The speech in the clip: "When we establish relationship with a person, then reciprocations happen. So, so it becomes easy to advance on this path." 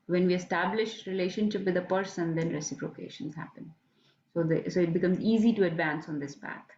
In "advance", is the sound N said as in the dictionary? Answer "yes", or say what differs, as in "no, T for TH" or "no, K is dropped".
yes